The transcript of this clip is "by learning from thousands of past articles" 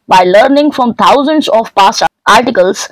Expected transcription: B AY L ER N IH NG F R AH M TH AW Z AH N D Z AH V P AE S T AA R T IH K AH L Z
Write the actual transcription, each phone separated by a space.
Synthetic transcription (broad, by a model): B AY L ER N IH NG F R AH M T AW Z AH N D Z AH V P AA S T AA R T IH K AH L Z